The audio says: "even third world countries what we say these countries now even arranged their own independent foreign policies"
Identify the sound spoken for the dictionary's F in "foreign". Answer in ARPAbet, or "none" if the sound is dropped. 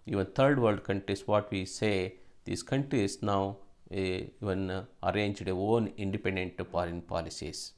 P